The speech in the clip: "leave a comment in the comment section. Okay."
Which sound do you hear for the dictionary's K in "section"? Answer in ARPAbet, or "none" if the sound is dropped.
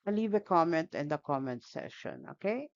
none